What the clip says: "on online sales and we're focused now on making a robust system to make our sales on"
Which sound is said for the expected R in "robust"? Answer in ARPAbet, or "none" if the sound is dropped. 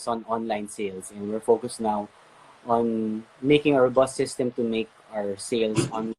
W